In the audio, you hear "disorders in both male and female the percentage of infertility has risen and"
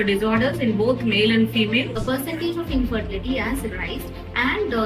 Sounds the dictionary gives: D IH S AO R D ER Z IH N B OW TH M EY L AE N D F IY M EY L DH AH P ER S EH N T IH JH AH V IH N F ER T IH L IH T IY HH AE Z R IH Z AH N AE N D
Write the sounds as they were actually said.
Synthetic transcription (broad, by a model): D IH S AO R D ER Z IH N B OW T M EY L AE N D F IY M EY L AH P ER S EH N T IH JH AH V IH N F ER T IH L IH T IY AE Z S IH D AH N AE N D